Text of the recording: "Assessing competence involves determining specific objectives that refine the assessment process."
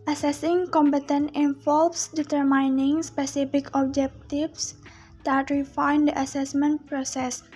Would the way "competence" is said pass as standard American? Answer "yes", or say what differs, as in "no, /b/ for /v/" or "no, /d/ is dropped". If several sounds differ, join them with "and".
no, /s/ is dropped